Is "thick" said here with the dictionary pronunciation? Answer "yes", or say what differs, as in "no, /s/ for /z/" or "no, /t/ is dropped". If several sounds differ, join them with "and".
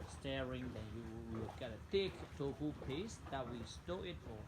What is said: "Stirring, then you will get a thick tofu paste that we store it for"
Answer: no, /t/ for /θ/